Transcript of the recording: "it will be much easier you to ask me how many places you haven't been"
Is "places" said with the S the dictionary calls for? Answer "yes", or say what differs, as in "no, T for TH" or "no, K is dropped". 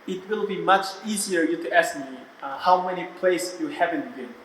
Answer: no, S is dropped